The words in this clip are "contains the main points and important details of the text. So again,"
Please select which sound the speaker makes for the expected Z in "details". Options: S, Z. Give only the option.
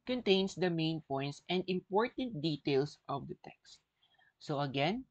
S